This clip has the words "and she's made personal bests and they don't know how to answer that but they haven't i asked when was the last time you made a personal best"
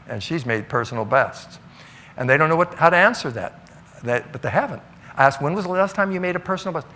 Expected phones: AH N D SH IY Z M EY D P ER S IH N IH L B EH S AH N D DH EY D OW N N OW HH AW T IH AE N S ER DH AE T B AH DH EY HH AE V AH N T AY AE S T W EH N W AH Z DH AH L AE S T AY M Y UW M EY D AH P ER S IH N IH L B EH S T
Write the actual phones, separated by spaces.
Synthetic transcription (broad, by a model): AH N SH IY Z M EY D P ER S N L B EH S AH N DH EY D OW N N OW HH AW T IH AE N S ER DH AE T B AH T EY HH AE V AH N T AY AE S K W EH N W AH Z DH AH L AE S T AY M Y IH M EY D AH P ER S N L B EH S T